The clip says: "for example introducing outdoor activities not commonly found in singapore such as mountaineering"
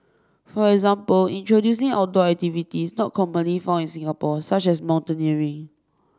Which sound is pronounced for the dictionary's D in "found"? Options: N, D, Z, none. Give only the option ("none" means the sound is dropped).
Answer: none